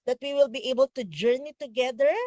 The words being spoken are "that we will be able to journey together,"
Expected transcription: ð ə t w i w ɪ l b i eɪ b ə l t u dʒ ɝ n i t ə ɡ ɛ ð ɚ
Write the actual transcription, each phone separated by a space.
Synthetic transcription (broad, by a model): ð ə t w i w ɪ l b i eɪ b ə l t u dʒ ɝ n i t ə ɡ ɛ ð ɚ